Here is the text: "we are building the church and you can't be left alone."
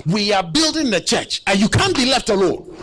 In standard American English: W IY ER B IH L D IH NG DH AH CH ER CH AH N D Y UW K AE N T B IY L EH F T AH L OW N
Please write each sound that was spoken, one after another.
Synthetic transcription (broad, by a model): W IY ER B IH L D IH NG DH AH CH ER CH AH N Y UW K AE N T B IY L EH F T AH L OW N